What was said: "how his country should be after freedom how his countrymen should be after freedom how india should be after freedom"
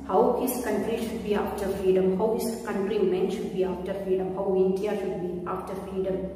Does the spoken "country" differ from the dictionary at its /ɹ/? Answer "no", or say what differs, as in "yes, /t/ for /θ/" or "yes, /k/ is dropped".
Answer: no